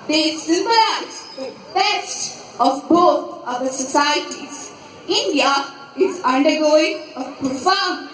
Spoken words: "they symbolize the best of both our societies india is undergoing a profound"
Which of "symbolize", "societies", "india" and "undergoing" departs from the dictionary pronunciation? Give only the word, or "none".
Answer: symbolize